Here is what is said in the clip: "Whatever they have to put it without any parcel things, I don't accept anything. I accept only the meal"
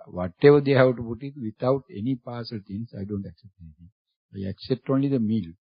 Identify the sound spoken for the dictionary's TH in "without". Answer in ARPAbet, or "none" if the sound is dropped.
T